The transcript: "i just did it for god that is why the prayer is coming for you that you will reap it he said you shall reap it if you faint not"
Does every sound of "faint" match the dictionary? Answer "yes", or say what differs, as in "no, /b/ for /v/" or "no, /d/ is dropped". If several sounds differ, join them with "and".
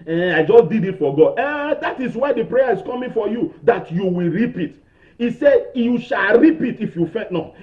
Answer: no, /n/ is dropped